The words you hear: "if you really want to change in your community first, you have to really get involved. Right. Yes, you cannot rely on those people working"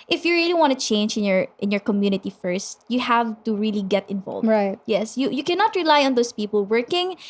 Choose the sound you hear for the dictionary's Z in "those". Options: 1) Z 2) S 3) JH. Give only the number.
2